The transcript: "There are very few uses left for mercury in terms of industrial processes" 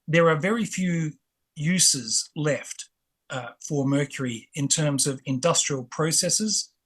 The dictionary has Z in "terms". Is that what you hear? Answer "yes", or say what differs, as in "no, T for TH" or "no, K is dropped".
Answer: yes